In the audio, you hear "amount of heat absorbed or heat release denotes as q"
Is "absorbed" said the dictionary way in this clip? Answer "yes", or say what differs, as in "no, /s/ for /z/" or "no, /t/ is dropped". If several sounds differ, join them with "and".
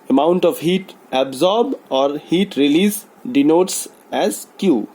no, /d/ is dropped